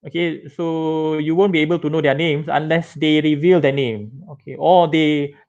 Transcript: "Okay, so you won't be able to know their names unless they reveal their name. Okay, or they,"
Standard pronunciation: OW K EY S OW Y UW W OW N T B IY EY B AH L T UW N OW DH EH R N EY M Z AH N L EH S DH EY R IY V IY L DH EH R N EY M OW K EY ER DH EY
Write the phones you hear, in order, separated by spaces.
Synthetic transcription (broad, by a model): OW K EY S OW Y UW W OW N B IY EY B AH L T UW N OW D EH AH N EY M S AH N L EH S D EY R IY V IY L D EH N EY M OW K EY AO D EY